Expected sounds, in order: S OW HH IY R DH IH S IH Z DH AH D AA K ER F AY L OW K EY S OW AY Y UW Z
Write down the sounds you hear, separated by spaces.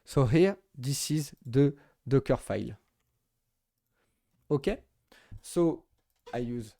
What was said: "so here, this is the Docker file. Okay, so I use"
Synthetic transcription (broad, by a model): S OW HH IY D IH S IH Z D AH D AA K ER F AY L OW K EY S OW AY Y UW Z